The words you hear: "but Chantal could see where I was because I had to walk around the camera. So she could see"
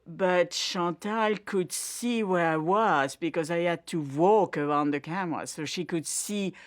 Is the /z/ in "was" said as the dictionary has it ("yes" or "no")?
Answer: yes